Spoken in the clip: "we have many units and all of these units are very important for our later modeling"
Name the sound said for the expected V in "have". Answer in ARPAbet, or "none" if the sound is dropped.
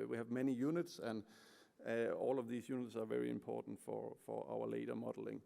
V